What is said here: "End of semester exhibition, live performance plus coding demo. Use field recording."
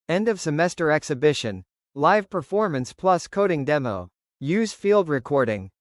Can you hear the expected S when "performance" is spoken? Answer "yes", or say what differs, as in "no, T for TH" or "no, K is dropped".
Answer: yes